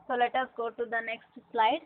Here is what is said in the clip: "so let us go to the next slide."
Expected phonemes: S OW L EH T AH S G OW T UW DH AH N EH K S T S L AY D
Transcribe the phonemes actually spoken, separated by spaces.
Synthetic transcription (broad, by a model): S OW L EH T AH S G OW T UW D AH N EH K S T S L AY D